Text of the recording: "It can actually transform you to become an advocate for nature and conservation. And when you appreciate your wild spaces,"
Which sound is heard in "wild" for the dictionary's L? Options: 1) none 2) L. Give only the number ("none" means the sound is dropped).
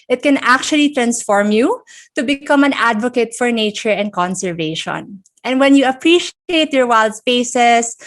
2